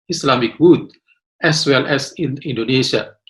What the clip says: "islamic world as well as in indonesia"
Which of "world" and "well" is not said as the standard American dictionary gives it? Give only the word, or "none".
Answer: world